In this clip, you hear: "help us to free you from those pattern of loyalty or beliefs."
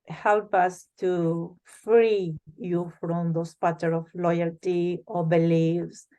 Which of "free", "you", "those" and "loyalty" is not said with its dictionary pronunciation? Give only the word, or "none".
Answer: those